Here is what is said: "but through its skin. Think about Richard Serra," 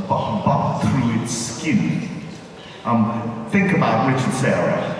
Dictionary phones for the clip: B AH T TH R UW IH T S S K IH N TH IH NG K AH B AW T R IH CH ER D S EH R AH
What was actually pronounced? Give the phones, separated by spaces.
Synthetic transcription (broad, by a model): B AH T TH R UW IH T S S K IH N TH IH NG K AH B AW T R IH CH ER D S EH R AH